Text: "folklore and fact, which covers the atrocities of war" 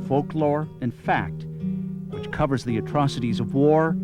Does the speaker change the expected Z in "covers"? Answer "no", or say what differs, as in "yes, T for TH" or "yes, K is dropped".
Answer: no